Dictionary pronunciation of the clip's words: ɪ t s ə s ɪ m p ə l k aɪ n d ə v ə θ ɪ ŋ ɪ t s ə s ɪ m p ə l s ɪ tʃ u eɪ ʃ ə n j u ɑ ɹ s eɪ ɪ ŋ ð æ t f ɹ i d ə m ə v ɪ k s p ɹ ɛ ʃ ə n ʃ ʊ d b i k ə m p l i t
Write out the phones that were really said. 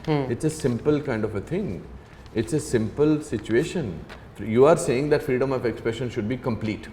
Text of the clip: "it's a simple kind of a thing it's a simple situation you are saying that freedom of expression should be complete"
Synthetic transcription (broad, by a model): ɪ t s ə s ɪ m p ə l k aɪ n d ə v ə t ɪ ŋ ɪ t s ə s ɪ m p ə l s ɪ tʃ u eɪ ʃ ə n j u ɑ ɹ s eɪ ɪ ŋ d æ t f ɹ i d ə m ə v ɪ k s p ɹ ɛ ʃ ə n ʃ ʊ d b i k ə m p l i t